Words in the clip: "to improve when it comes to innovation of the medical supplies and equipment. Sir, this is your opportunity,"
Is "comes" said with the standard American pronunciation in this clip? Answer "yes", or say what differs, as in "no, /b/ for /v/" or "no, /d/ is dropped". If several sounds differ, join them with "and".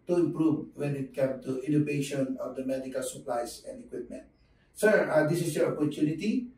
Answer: no, /z/ is dropped